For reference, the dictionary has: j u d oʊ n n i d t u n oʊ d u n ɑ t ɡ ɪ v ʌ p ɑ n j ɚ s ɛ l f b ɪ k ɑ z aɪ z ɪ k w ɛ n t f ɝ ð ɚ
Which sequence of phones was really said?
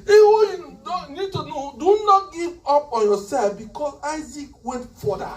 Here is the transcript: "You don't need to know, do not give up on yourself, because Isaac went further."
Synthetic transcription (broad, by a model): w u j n n i d t u n oʊ d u n ɑ t ɡ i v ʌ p ɑ n j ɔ s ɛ f b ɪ k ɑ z aɪ z ɪ k w ɛ n t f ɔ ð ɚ